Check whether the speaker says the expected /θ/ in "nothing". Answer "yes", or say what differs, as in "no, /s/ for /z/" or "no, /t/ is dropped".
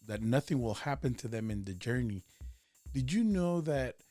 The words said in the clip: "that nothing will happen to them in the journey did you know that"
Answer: yes